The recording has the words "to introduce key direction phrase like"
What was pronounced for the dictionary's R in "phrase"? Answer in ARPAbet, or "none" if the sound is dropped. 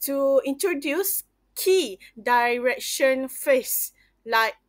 none